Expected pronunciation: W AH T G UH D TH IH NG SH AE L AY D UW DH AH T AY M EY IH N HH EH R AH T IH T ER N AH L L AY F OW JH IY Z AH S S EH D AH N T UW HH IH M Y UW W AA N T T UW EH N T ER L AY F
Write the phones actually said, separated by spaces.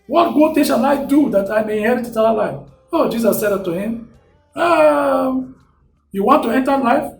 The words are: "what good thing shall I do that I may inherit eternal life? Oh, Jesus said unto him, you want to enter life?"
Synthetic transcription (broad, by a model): W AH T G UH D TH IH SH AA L AY D UW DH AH T AY M EY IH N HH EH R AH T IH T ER AH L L AY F OW JH IY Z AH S S EH D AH T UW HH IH M Y UW W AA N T T UW EH N T ER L AY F